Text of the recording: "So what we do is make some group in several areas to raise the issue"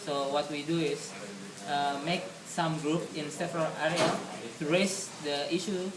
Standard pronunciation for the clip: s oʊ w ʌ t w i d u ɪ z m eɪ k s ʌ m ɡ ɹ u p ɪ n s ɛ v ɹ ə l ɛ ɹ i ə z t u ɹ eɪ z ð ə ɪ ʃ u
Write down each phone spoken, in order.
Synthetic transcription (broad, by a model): s oʊ w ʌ t w i d u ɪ s m eɪ k s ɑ m ɡ ɹ u p ɪ n s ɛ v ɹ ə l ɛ ɹ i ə t u ɹ eɪ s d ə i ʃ u